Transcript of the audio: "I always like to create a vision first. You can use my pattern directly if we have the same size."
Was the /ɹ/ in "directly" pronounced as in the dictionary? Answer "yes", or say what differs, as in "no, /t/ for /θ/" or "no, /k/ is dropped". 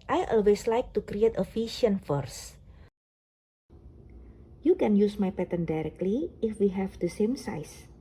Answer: yes